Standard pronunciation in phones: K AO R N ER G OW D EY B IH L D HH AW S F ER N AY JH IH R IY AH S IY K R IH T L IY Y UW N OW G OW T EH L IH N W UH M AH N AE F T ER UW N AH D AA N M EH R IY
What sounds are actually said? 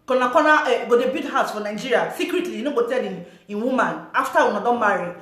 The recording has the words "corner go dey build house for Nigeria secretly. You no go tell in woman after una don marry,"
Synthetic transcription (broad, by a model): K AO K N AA G OW D EY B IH D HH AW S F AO N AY JH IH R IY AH S IY K R IH T L IY N OW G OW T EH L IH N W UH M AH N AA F T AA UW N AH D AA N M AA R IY